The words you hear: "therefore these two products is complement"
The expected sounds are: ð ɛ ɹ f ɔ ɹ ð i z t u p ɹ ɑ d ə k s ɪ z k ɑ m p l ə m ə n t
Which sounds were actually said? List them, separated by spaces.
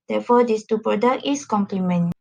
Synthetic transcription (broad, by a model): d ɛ f ɔ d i s t u p ɹ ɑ d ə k ɪ s k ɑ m p l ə m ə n